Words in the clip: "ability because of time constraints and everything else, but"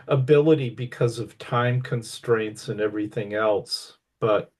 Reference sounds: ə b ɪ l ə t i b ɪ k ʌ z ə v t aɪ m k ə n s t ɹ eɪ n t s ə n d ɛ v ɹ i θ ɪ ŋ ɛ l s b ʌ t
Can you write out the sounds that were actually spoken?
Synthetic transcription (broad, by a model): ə b ɪ l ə t i b ɪ k ʌ z ə v t aɪ m k ə n s t ɹ eɪ n t s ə n ɛ v ɹ i θ ɪ ŋ ɛ l s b ʌ t